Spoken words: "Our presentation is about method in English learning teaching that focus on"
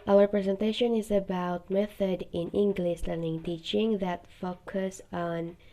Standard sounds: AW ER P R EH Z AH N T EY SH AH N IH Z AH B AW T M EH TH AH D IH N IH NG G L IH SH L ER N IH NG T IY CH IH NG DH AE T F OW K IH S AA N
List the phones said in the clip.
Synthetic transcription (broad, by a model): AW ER P R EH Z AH N T EY SH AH N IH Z AH B AW T M EH TH AH D IH N IH NG G L IH SH L ER N IH NG T IY CH IH NG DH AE T F OW K IH S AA N